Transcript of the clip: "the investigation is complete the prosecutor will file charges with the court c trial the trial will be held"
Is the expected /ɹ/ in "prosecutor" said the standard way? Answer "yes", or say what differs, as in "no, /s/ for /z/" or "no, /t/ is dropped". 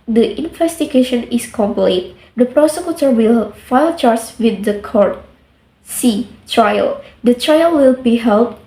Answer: yes